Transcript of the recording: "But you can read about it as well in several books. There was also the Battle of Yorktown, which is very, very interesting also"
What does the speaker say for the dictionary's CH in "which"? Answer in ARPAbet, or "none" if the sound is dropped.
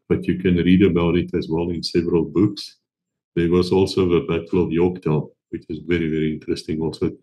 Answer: CH